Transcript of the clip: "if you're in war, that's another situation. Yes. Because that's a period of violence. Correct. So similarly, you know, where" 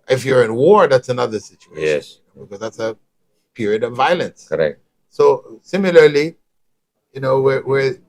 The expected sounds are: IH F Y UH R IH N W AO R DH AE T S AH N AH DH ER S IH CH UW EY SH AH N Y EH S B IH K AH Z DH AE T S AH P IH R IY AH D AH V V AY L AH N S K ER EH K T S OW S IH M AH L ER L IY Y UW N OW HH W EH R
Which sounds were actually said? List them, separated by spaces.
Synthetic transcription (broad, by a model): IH F Y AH R IH N W AO R DH AE T S AH N AH DH ER S IH CH UW EY SH AH N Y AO B IH K AH Z DH AE T S AH P IH R IY AH D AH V V AY L AH N S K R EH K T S OW S IH M AH L ER L IY Y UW N OW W W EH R